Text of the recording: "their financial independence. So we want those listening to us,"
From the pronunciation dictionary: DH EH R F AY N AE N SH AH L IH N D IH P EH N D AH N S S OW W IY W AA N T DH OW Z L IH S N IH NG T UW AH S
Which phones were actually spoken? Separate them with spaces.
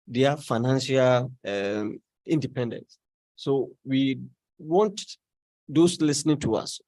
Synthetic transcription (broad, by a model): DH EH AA F AY N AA N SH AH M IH N D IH P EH N D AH N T S OW W IY W AA N T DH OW S L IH S N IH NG T UW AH S